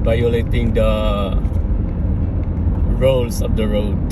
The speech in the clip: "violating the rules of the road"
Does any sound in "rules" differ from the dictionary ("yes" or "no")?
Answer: yes